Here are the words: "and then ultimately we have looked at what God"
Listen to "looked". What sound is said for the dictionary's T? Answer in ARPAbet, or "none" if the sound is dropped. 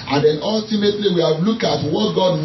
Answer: none